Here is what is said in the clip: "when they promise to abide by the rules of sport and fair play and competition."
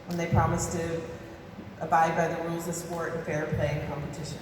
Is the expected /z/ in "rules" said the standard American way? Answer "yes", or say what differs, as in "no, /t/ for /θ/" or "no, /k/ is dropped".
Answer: yes